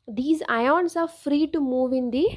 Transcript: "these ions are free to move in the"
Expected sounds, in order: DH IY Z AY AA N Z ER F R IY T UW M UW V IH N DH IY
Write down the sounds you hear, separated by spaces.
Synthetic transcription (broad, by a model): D IY Z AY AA N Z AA F R IY T UW M UW V IH N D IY